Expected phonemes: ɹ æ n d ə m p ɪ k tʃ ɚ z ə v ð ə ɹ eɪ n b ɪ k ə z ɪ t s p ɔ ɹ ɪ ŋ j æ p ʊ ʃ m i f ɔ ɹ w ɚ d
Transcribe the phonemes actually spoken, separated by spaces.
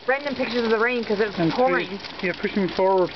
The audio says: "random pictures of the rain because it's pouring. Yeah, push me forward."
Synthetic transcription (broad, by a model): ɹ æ n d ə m p ɪ k tʃ ɚ z ə v ð ə ɹ eɪ n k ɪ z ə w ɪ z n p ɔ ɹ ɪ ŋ j æ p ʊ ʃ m f ɔ ɹ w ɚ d